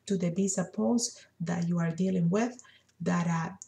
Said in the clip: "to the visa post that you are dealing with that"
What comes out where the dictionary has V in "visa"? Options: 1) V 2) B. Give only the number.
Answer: 2